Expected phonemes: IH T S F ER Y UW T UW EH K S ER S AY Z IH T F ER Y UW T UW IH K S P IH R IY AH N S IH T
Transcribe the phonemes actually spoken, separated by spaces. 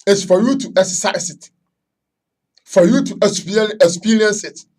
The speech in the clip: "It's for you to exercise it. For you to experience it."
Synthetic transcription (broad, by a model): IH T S F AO Y UW T UW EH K S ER S AY S IH T F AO Y UW T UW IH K S P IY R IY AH N S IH T